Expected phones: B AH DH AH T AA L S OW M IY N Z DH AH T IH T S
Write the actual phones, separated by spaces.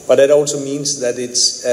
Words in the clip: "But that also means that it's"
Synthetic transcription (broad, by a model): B AH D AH T AA L S OW M IY N Z DH AH T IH T S